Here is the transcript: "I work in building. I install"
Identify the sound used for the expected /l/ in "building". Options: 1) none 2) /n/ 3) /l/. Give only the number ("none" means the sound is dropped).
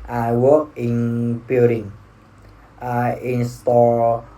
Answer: 1